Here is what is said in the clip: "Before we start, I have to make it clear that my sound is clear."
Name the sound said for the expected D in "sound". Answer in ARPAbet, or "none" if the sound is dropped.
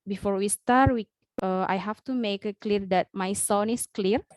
none